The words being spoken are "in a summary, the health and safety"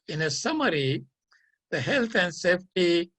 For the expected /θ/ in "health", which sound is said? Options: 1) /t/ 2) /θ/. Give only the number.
1